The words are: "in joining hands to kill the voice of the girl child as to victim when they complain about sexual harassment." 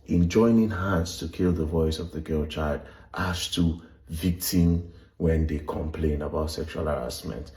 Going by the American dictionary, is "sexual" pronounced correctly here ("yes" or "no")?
yes